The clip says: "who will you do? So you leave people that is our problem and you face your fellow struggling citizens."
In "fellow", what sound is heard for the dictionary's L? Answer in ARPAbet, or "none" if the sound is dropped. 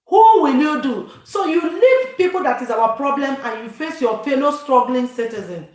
N